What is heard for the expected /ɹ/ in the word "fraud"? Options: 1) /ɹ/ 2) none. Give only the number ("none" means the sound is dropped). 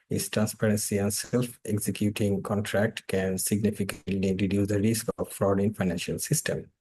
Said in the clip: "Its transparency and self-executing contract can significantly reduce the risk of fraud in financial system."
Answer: 1